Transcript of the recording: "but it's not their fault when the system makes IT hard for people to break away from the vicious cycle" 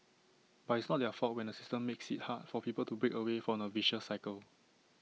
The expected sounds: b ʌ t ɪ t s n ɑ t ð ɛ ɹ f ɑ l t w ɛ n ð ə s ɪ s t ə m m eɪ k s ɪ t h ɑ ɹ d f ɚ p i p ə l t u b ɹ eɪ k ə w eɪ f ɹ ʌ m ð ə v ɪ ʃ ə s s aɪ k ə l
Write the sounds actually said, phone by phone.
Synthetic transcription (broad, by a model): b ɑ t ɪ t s n ɑ t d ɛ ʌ f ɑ t w ɛ n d ə s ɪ s t ə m m eɪ k s ɪ t h ɑ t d f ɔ p i p ə l t u b ɹ eɪ k ə w eɪ f ɹ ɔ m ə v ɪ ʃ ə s s aɪ k ə l